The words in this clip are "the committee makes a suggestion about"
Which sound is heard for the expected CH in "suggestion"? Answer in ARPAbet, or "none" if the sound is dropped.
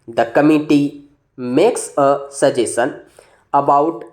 none